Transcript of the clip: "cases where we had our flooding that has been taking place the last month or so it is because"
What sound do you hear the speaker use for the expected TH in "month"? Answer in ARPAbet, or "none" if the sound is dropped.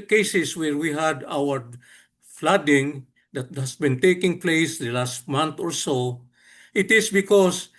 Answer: T